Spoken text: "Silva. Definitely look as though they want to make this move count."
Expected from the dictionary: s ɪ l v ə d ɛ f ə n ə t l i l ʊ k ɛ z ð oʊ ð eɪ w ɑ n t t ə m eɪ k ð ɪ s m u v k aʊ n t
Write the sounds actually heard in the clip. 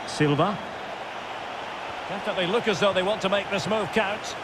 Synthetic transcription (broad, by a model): s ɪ l v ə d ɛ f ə ə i l ʊ k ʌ z ð oʊ ð eɪ w ɑ n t t ə m eɪ k ð ɪ s m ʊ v k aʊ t